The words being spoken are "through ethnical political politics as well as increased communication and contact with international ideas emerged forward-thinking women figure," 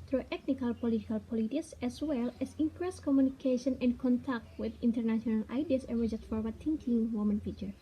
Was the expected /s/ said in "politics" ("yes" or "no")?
yes